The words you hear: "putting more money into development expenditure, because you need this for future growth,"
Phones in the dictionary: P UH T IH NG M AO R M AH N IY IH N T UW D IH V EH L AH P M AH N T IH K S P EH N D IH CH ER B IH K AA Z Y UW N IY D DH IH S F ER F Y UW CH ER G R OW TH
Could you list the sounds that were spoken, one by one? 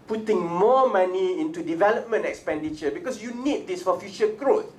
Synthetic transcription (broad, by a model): P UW T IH NG M AO M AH N IY IH N T UW D IH V EH L AH P M AH N T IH K S P EH N D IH CH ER B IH K AA S Y UW N IY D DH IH S F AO F Y UW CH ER G R OW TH